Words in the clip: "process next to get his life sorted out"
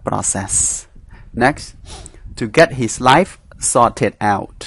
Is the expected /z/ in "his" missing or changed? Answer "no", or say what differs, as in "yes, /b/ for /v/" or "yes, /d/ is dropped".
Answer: yes, /s/ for /z/